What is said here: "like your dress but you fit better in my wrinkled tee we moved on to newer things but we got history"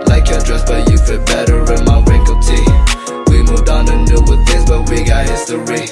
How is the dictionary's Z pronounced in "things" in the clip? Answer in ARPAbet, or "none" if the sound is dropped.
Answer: Z